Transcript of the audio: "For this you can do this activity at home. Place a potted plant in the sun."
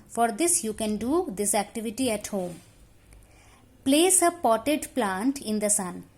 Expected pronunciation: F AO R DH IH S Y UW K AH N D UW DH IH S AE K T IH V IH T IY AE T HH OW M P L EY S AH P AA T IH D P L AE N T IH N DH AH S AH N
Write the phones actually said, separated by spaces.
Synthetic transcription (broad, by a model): F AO R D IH S Y UW K AH N D UW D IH S AE K T IH V IH T IY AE T HH OW M P L EY S AH P AA T IH D P L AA N T IH N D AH S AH N